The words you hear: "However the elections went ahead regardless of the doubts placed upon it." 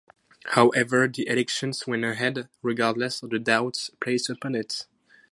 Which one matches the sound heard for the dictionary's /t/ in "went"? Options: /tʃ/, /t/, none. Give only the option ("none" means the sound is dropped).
none